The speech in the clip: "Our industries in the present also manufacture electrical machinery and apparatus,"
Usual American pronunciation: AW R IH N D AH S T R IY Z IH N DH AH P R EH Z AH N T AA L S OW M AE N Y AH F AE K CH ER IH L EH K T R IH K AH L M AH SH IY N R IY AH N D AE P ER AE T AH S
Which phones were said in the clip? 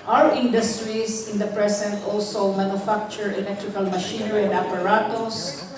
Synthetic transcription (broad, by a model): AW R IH N D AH S T R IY S IH N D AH P R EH S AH N T AA L S OW M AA N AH F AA K CH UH IH L EH K T R IH K AH L M AH SH IY N R IY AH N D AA P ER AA T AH S